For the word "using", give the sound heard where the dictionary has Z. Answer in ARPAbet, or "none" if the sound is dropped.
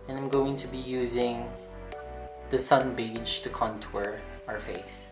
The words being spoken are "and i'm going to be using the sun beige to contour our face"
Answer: Z